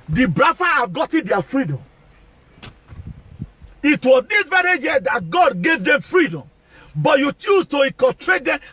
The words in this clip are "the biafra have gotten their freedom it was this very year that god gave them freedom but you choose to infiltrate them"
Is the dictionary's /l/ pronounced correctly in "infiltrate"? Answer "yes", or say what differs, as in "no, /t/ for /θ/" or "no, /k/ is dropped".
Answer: no, /l/ is dropped